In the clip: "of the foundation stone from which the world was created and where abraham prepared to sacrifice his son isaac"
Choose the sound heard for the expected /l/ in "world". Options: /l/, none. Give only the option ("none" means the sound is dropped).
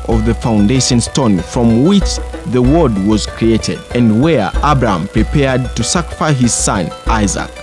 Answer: none